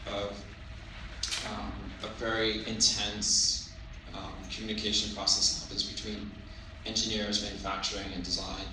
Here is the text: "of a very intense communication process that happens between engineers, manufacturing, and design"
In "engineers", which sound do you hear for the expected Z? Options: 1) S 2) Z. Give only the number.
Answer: 2